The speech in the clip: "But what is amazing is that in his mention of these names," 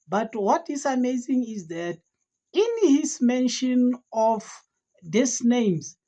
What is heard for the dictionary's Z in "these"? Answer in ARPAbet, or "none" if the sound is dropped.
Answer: S